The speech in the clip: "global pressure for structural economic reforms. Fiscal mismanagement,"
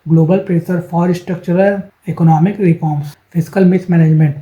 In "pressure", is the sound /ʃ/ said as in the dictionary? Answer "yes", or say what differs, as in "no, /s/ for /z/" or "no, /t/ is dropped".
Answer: no, /s/ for /ʃ/